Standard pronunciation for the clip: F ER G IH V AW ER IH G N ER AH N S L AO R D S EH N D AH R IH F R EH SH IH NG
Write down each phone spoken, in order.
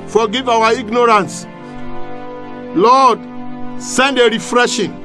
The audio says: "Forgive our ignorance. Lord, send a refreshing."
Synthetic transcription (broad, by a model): F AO G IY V AW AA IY G N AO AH N S L AO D S EH N D AH R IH F R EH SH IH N